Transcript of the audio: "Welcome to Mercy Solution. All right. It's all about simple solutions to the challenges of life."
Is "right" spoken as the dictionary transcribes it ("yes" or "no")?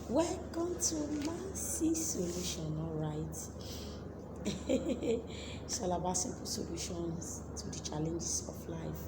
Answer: no